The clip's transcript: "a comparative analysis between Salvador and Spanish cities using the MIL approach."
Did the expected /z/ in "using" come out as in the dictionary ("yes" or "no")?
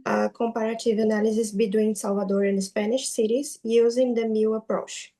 yes